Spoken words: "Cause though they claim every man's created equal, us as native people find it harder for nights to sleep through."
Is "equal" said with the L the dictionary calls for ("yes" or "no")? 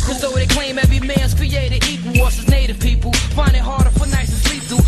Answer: no